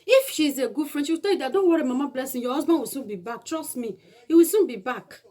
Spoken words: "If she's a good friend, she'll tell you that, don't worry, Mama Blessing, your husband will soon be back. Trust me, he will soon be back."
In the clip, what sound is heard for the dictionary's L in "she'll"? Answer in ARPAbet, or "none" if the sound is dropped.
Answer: W